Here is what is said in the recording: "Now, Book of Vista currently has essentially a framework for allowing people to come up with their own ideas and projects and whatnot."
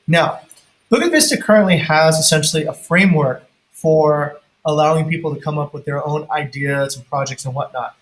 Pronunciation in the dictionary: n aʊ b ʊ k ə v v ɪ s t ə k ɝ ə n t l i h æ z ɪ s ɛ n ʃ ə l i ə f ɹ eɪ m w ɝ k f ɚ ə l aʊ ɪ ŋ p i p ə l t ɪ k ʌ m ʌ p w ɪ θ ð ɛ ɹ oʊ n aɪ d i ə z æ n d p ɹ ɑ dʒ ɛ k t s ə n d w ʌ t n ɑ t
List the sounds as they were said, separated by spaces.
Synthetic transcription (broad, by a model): n aʊ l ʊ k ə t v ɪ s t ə k ɝ ə n t l i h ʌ z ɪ s ɛ n ʃ l i ə f ɹ eɪ m w ɝ k f ɚ ə l aʊ ɪ ŋ p i p l t ɪ k ʌ m ʌ p w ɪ ð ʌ ɹ oʊ n aɪ d i ə z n p ɹ ɑ dʒ ɛ k t s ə n w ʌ t n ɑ t